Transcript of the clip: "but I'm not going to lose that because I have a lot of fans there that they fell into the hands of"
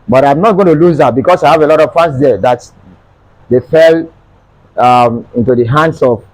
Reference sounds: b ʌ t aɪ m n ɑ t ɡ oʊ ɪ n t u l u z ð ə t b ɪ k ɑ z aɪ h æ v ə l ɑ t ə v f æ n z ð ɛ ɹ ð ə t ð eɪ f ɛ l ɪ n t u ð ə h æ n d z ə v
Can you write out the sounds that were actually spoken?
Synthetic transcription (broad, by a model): b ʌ t aɪ m n ɑ t ɡ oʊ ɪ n t u l u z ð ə t b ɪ k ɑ s aɪ h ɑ v ə l ɑ t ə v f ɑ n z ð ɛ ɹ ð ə t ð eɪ f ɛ l ɪ n t u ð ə h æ n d s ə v